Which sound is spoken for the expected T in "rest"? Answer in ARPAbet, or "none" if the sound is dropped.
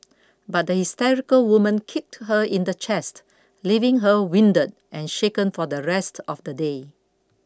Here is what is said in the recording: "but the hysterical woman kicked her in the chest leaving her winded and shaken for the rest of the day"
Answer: T